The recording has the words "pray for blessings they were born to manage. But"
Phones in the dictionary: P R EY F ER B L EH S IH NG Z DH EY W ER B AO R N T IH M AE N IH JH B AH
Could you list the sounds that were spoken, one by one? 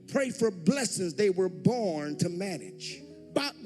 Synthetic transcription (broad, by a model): P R EY F ER B L EH S IH NG Z DH EY W ER B AO R N T IH M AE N IH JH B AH